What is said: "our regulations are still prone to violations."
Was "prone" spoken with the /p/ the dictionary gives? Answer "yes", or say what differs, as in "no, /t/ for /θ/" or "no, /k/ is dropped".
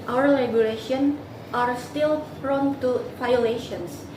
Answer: no, /f/ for /p/